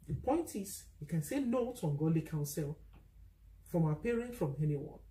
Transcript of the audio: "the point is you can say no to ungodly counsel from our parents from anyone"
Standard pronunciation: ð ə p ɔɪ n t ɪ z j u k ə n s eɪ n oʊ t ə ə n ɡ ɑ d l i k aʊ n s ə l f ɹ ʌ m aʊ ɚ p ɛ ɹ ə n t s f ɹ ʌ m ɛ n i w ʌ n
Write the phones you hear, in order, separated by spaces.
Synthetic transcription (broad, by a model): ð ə p ɔɪ n t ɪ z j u k ə n s eɪ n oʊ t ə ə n ɡ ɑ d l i k aʊ n s ə l f ɹ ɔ m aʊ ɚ p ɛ ɹ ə n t f ɹ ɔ m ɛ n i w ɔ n